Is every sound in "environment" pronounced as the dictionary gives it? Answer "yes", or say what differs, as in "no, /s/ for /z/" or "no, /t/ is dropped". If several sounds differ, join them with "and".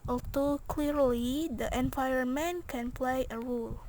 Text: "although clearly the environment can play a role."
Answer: no, /ɹ/ is dropped